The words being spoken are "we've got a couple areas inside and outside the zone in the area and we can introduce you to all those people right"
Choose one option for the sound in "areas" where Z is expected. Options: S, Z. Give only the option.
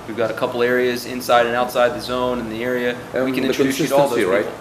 Z